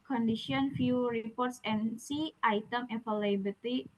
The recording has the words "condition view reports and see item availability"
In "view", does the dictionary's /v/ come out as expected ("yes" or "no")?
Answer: no